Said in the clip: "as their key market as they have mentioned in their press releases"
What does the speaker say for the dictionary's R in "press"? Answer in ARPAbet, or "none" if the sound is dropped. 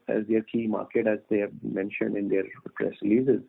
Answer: R